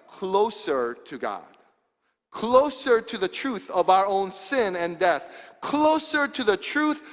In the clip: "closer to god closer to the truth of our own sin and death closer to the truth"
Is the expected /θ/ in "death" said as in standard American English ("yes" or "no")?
yes